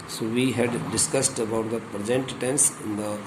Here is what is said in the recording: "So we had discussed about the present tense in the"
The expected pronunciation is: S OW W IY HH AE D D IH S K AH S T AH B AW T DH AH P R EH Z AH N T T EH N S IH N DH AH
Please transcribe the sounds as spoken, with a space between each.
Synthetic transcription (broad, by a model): S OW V IY HH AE D D IH S K AH S T AH B AW T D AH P R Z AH N T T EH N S IH N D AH